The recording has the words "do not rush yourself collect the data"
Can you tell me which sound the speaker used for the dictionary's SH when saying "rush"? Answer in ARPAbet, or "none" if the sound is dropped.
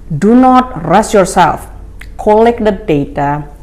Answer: S